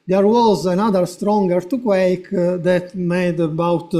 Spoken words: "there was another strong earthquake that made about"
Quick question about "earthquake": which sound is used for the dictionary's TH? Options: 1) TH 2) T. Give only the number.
2